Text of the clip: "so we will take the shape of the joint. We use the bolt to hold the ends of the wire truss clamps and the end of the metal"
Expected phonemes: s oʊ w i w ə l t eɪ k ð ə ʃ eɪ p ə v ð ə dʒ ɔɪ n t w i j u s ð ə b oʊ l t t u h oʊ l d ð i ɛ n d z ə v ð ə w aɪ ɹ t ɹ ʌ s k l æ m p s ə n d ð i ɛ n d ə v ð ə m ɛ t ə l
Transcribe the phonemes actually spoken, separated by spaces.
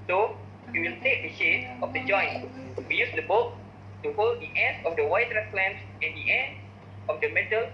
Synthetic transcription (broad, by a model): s oʊ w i w ə l t eɪ k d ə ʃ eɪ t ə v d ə dʒ ɔɪ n w i j u s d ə b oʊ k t t u h oʊ l d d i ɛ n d ə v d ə w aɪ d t ɹ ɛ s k l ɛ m s ə n d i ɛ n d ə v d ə m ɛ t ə l